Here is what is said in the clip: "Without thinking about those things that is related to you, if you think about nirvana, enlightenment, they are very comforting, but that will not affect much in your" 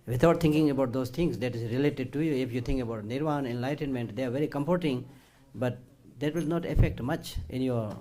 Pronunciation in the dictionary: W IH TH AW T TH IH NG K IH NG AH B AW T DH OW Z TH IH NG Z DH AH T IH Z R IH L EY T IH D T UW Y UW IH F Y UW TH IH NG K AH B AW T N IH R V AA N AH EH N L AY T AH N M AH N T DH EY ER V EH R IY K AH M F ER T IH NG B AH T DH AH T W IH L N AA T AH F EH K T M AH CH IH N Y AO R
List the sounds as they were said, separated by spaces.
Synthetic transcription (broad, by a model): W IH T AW T T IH NG K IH NG AH B AW T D OW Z T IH NG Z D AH T IH Z R IH L EY T IH D T UW Y UW IH F Y UW T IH NG K AH B AW T N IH R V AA N EH N L AY T AH N M AH N T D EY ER V EH R IY K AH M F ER T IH NG B AH T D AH T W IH L N AA T AH F EH K T M AH CH IH N Y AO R